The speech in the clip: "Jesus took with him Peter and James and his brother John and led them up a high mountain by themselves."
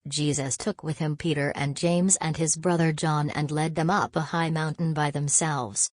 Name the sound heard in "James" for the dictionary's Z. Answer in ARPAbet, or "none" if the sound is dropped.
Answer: Z